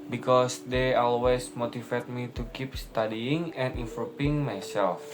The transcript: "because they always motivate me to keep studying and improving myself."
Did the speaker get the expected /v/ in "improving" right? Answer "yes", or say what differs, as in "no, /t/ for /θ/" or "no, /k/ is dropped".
no, /p/ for /v/